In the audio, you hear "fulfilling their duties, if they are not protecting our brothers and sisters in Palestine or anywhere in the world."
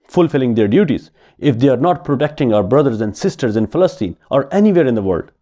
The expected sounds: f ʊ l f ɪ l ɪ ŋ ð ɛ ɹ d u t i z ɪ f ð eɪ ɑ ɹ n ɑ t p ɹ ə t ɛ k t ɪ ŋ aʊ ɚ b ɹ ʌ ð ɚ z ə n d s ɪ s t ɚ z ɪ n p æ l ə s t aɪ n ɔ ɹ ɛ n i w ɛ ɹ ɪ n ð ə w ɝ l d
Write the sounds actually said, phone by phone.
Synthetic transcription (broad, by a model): f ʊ l f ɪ l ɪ ŋ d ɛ ɹ d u t i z ɪ f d eɪ ɑ ɹ n ɑ t p ɹ ə t ɛ k t ɪ ŋ aʊ ɚ b ɹ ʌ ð ɚ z ə n d s ɪ s t ɚ z ɪ n f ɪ l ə s t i n ɔ ɹ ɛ n i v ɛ ɹ ɪ n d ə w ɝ l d